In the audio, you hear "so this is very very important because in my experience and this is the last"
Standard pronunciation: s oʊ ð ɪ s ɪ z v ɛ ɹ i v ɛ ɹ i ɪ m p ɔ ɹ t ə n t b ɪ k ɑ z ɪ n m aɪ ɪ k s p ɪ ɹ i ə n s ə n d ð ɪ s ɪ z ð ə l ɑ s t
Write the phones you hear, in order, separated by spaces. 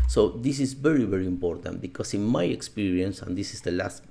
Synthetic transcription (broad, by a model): s oʊ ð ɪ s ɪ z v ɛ ɹ i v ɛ ɹ i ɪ m p ɔ ɹ t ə n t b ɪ k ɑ s ɪ n m aɪ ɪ k s p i ɹ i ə n s ə n d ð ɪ s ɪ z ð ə l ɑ s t